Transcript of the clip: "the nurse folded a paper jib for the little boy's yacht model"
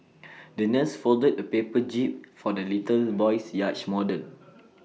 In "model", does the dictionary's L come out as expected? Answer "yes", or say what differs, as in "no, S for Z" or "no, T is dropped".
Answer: no, N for L